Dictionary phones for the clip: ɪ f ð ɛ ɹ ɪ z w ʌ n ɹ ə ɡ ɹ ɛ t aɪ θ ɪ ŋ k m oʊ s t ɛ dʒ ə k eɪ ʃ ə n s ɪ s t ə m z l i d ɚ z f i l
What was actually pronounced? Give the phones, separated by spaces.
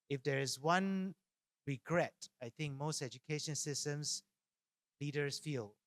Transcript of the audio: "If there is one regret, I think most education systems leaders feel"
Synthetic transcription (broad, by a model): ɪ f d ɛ ɹ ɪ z w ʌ n ɹ ə ɡ ɹ ɛ t aɪ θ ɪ ŋ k m oʊ s t ɛ dʒ ə k eɪ ʃ ə n s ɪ s t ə m s l i d ɚ s f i l